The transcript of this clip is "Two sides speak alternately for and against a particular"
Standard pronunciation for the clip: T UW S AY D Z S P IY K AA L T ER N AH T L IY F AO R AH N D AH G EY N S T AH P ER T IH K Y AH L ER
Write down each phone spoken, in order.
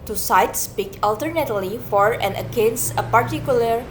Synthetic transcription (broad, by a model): T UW S AY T S P IY K AA L T ER N AH T L IY F AO R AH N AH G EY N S AH P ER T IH K Y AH L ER